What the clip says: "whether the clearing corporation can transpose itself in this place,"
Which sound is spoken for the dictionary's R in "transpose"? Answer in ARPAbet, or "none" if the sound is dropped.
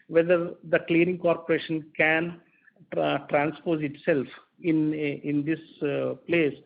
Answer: R